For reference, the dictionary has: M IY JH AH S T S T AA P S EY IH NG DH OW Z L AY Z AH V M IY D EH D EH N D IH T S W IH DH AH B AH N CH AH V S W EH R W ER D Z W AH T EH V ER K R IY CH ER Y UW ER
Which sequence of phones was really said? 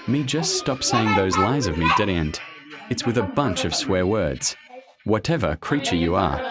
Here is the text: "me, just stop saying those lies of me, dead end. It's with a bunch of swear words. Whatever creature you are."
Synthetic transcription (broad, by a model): M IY JH AH S T S T AA P S EY IH NG DH OW Z L AY Z AH V M IY D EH D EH N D IH T S W IH DH AH B AH N CH AH V S W EH R W ER D Z W AH T EH V ER K R IY CH ER Y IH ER